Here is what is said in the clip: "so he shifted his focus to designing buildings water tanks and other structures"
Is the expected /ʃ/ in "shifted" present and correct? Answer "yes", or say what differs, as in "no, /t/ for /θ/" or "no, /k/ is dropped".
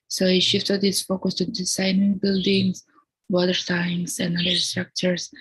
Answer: yes